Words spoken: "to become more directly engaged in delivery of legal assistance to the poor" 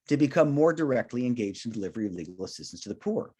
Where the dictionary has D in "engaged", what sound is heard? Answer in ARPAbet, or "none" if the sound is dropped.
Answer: D